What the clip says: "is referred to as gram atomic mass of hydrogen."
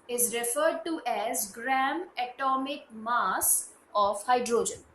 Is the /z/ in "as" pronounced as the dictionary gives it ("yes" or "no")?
yes